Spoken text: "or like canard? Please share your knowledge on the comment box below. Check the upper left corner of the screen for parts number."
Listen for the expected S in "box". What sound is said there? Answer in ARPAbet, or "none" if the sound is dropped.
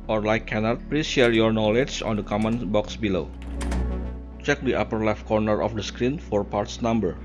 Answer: S